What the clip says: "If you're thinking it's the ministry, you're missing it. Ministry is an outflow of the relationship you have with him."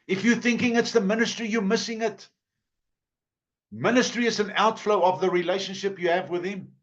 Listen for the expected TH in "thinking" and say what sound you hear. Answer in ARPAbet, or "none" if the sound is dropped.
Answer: TH